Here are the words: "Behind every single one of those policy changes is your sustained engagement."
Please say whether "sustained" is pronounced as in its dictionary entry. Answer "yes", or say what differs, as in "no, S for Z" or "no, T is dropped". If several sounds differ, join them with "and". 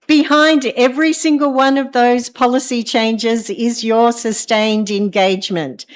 yes